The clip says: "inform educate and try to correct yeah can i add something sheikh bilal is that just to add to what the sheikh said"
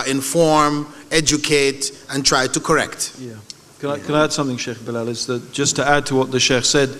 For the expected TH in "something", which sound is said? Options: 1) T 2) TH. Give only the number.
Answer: 2